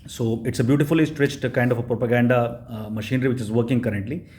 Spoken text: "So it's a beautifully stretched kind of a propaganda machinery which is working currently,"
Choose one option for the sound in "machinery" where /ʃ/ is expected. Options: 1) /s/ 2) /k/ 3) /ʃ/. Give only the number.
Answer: 3